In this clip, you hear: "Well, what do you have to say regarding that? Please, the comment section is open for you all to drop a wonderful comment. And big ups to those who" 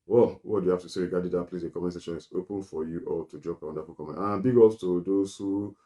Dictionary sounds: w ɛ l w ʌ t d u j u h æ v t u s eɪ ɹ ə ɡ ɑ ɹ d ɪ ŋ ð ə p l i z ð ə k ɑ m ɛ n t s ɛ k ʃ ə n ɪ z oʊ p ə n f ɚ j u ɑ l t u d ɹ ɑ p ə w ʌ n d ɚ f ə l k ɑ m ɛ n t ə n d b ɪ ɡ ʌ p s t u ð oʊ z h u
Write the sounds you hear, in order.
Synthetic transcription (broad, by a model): w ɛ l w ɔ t d u j u h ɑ f t u s eɪ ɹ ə ɡ ɑ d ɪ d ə p l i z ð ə k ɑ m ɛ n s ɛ ʃ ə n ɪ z oʊ p ə n f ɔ j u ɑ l t u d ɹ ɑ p ə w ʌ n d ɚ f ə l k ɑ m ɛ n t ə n b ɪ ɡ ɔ s t u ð oʊ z h u